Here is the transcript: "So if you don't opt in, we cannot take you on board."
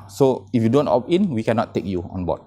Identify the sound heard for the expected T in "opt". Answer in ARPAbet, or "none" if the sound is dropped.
none